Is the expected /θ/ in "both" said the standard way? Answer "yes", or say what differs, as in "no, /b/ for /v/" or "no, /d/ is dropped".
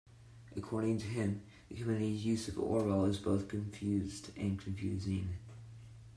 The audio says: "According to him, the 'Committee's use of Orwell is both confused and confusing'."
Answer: yes